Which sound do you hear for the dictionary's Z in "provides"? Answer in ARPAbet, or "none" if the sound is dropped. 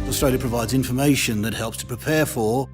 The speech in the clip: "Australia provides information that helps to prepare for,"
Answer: Z